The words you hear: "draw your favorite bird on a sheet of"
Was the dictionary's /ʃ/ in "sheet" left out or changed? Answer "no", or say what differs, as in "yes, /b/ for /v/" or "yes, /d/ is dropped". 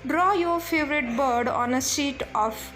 yes, /s/ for /ʃ/